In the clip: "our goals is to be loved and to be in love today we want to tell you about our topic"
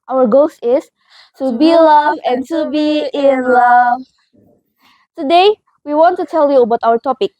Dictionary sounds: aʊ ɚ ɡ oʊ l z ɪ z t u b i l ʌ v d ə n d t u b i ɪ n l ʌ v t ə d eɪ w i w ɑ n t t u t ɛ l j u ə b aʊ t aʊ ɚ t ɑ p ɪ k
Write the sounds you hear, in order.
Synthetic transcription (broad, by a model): aʊ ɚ ɡ oʊ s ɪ s t u b i l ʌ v ə n t u b i ɪ n l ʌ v t ə d eɪ w i w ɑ n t t u t ɛ l j u ə b aʊ t aʊ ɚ t ɑ p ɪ k